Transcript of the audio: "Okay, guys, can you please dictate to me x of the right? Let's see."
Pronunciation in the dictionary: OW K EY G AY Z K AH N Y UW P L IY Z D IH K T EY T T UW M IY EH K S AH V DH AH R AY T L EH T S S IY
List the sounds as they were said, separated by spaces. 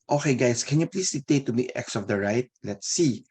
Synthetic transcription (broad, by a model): OW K EY G AY S K AH N Y UW P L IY S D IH T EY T T UW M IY EH K S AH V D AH R AY T L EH T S S IY